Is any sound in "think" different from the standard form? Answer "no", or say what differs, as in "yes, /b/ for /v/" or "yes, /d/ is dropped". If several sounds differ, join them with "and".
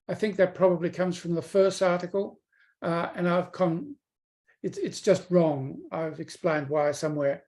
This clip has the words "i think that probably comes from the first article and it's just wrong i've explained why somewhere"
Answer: no